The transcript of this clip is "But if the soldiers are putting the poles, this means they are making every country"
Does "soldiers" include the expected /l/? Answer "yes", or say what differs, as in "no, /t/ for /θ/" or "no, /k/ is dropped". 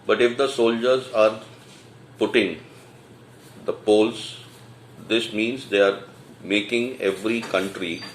yes